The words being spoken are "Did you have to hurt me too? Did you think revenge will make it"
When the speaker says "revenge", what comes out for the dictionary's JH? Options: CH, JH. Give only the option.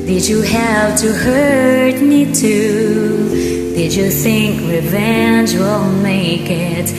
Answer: JH